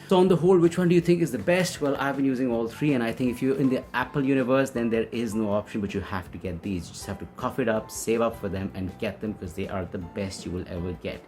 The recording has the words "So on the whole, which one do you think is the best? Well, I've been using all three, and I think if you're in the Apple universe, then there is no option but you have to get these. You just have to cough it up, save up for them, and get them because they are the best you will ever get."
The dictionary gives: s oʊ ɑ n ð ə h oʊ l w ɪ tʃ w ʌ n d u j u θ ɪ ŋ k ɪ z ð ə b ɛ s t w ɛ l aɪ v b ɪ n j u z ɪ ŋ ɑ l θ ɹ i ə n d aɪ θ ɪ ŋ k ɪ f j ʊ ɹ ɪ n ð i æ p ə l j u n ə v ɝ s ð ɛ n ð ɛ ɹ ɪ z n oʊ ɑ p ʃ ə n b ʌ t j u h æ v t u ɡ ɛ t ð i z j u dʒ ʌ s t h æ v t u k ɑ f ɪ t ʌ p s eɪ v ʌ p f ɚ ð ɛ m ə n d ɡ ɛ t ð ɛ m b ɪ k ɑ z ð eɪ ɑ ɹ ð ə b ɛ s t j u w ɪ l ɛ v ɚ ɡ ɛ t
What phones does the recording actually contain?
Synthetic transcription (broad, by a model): s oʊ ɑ n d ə h oʊ l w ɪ tʃ w ʌ n d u j u t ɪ ŋ k ɪ z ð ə b ɛ s t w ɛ l aɪ v b ɪ n j u z ɪ ŋ ɑ l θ ɹ i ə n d aɪ t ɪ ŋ k ɪ f j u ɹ ɪ n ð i æ p ə l j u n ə v ɝ s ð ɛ n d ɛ ɹ ɪ z n oʊ ɑ p ʃ ə n b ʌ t j u h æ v t u ɡ ɛ t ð i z j u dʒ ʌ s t h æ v t u k ɑ f ɪ t ʌ p s eɪ v ʌ p f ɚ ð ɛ m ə n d ɡ ɛ t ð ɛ m b ɪ k ɑ z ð eɪ ɑ ɹ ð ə b ɛ s t j u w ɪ l ɛ v ɚ ɡ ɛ t